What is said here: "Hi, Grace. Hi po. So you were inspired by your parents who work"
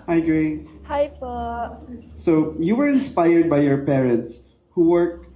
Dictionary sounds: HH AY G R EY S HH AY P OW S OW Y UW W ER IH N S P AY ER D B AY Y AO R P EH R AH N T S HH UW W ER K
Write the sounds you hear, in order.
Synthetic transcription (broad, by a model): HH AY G R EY HH AY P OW S OW Y UW W ER IH N S P AY ER D B AY Y AO R P EH R AH N T S HH UW W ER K